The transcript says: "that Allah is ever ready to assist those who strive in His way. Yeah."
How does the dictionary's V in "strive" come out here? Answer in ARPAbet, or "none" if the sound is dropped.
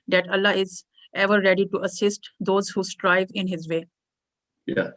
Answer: V